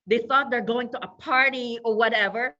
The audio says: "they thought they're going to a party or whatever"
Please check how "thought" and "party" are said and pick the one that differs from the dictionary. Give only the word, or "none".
none